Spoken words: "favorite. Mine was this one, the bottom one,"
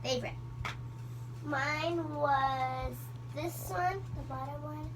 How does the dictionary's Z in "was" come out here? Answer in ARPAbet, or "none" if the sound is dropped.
Z